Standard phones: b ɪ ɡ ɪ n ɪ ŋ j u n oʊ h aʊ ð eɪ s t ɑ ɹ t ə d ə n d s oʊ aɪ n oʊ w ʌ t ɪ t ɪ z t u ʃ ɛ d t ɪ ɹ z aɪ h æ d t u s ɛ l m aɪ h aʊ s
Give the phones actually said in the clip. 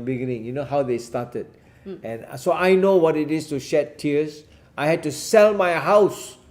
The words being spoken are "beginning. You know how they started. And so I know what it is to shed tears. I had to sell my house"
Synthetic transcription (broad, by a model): b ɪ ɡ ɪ n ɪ ŋ j u n oʊ h aʊ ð eɪ s t ɑ t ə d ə n s oʊ aɪ n oʊ w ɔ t ɪ t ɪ s t u ʃ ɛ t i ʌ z aɪ h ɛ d t u s ɛ l m aɪ h aʊ s